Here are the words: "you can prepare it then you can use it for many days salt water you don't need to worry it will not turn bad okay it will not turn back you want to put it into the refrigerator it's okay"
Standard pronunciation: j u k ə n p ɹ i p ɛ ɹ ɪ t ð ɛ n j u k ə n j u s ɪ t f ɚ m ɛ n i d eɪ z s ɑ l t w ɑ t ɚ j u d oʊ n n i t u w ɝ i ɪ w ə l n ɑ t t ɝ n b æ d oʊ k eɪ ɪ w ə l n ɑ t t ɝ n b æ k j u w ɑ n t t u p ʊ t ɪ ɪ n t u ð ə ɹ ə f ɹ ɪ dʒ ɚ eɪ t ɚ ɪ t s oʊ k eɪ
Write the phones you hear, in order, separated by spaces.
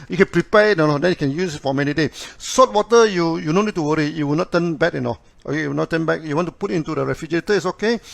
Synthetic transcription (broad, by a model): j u k ə n p ɹ i p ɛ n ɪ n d ɛ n j u k ə n j u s ɪ t f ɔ m ɛ n i d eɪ s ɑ t w ɑ t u j u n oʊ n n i t u w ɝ i ɪ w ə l n ɑ t t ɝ n b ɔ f oʊ k eɪ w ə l n ɑ t t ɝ n b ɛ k j u w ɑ n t t u p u t ɪ n t u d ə ɹ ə f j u dʒ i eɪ t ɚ ɪ t s oʊ k eɪ